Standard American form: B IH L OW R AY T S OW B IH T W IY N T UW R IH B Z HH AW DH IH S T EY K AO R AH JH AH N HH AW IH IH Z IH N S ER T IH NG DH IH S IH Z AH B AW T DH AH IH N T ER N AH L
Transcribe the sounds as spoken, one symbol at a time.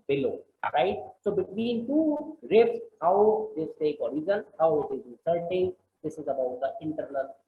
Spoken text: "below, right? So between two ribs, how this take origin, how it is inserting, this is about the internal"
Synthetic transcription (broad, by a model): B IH L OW R AY T S OW B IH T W IY N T UW R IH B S HH AW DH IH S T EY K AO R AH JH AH N HH AW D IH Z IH S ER T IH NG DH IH S IH Z AH B AW T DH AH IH N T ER N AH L